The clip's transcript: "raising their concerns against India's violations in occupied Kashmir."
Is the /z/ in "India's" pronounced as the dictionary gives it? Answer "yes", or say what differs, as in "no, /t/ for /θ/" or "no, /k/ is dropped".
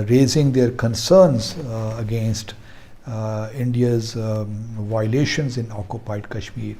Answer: yes